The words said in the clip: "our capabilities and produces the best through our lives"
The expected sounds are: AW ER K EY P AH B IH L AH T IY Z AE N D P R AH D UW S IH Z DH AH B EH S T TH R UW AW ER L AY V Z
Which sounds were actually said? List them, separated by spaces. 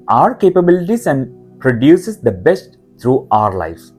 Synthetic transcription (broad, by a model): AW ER K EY P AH B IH L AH T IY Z AE N D P R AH D UW S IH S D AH B EH S T T R UW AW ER L AY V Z